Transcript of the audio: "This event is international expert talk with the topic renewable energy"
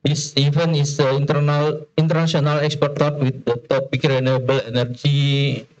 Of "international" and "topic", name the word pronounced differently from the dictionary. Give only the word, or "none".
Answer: international